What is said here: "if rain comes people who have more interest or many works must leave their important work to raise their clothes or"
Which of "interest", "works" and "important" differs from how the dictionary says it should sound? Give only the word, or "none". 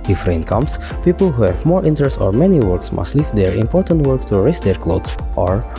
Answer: none